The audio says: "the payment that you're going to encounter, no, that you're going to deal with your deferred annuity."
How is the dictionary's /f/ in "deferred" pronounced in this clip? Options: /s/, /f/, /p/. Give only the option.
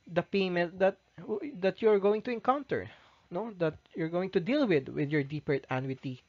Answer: /p/